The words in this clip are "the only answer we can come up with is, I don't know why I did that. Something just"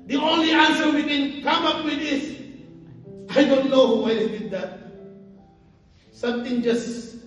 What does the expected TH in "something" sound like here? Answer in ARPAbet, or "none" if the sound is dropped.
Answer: T